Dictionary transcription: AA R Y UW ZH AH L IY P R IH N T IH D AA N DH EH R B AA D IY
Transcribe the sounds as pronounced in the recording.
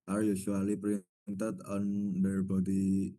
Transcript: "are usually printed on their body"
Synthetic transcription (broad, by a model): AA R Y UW S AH L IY P R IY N T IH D AA N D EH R B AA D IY